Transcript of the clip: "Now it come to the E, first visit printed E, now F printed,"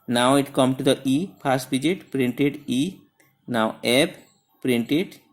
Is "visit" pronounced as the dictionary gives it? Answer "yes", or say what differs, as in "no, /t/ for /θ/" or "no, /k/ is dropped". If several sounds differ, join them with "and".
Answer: no, /b/ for /v/